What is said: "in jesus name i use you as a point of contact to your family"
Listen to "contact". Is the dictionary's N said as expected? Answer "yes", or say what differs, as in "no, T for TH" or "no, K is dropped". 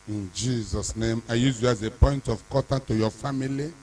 no, N is dropped